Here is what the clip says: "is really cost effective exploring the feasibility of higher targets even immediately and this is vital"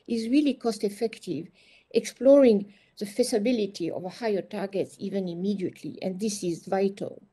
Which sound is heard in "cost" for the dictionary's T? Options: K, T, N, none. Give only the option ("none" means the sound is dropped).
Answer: T